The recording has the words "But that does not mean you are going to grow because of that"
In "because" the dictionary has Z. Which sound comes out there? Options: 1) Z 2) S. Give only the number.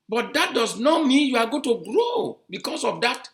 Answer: 2